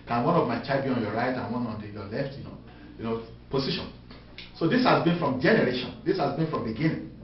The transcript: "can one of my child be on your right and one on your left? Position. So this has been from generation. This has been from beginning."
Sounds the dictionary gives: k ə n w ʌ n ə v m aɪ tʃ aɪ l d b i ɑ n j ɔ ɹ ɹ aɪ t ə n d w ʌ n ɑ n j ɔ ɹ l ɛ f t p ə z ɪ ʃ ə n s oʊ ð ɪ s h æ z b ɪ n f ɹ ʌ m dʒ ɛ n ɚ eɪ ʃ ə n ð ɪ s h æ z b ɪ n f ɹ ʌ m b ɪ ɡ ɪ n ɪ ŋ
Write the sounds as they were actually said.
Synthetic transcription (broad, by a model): k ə n w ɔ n ə v m aɪ tʃ aɪ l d b i ɑ n j ɔ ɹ ɹ aɪ t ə n w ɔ n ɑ n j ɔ l ɛ f t p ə s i ʃ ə n s oʊ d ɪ s h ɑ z b ɪ n f ɹ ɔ m dʒ ɛ n ɚ eɪ ʃ ə n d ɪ s h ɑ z b ɪ n f ɹ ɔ m b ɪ ɡ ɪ n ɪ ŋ